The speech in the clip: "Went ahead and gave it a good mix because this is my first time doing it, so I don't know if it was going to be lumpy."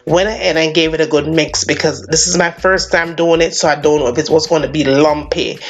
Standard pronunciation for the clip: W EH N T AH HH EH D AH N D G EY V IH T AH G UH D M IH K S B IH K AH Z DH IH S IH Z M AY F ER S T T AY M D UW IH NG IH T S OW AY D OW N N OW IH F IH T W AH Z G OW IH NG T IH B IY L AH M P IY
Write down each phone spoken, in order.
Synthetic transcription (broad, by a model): W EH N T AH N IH AH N G EY V IH T AH G UH D M IH K S B IH K AH Z DH IH S IH Z M AY F ER S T T AY M D UW IH NG IH T S OW AY D OW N N OW IH F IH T W AH Z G OW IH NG T IH B IY L AH M P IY